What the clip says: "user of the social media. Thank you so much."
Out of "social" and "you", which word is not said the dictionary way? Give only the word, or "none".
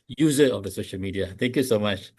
none